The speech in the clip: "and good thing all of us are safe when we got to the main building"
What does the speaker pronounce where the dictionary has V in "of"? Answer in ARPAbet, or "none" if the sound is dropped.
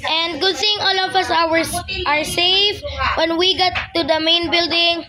W